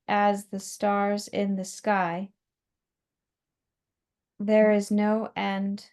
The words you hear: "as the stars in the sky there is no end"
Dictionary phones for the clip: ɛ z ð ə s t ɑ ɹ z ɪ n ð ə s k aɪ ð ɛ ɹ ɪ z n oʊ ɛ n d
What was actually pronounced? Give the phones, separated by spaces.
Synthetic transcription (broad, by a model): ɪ z ð ə s t ɑ ɹ z ɪ n ð ə s k aɪ ð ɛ ɹ ɪ z n oʊ ɛ n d